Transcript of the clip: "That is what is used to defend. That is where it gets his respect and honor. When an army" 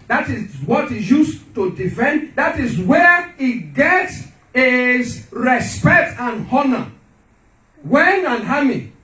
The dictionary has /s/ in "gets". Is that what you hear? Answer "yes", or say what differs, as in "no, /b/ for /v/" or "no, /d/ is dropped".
yes